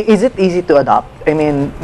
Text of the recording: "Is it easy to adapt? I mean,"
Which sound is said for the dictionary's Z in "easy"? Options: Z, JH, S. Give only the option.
Z